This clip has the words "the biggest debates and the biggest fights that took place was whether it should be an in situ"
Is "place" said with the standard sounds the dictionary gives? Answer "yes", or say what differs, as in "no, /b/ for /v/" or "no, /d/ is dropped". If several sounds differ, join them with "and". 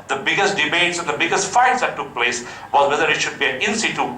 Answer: yes